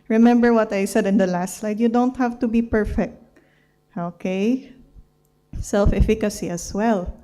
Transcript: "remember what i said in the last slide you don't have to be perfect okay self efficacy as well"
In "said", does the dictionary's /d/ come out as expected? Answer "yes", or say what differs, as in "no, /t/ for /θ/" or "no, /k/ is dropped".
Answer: yes